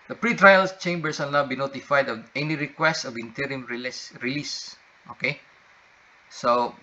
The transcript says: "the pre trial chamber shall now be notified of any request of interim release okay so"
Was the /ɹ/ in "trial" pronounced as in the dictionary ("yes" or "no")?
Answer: yes